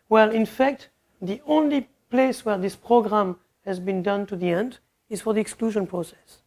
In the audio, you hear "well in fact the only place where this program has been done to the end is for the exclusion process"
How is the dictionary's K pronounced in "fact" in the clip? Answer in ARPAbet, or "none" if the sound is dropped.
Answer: K